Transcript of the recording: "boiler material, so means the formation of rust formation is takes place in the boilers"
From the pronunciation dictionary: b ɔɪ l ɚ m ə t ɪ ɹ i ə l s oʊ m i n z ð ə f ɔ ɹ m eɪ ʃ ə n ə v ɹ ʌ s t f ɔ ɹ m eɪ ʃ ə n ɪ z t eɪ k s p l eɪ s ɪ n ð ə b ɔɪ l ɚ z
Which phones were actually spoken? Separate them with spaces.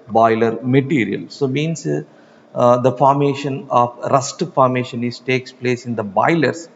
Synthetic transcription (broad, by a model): b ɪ l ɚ m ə t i ɹ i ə l s oʊ m i n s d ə f ɔ ɹ m eɪ ʃ ə n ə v ɹ ʌ s t f ɔ ɹ m eɪ ʃ ə n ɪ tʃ t eɪ k s p l eɪ s ɪ n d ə b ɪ l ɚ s